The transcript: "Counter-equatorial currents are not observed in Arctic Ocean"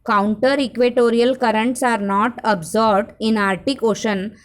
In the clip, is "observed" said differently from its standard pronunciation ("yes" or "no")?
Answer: yes